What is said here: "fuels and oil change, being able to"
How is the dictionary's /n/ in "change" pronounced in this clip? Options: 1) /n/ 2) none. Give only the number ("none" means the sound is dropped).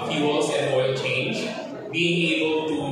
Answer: 1